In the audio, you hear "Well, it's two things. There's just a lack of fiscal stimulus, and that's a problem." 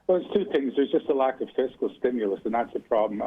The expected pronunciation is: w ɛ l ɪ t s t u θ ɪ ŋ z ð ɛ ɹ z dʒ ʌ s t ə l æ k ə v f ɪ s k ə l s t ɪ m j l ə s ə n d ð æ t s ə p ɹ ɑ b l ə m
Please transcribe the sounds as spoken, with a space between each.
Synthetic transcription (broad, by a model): w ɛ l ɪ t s t u θ ɪ ŋ z ð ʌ ɹ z dʒ ʌ s t ə l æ k ə v f ɪ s k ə l s t ɪ m j l ə s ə n ð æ t s ə p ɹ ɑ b l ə m